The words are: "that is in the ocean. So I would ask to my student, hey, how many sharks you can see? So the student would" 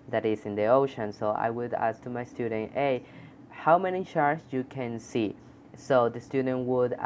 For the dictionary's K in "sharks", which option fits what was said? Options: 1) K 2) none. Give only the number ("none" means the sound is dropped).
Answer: 2